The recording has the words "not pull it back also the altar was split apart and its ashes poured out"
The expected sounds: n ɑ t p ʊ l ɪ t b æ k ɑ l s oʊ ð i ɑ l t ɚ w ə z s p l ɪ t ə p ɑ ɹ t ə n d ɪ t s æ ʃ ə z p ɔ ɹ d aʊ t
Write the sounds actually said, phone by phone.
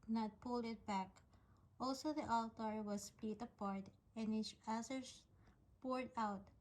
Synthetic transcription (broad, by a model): n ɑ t p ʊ l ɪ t b æ k ɑ l s oʊ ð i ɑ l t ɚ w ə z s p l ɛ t ə p ɑ ɹ t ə n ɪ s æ s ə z p ɔ ɹ d aʊ t